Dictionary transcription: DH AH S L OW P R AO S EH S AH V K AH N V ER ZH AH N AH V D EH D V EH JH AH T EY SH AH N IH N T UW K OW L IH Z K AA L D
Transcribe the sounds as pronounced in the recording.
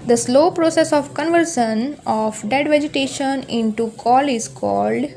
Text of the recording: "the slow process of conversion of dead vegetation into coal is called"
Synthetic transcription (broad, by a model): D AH S L OW P R AO S EH S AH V K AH N V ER SH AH N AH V D EH D V EH JH AH T EY SH AH N IH N T UW K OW L IH Z K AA L D